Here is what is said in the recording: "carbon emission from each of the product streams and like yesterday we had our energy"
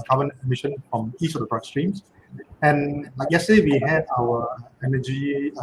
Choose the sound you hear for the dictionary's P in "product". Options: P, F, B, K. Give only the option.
B